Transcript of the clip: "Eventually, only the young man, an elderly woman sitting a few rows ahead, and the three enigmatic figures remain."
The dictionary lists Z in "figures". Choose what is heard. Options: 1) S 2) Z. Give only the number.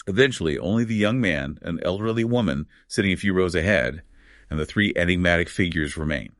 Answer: 2